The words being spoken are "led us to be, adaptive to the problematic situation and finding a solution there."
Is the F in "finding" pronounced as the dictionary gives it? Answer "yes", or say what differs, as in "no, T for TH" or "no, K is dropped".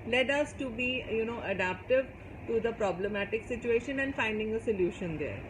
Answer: yes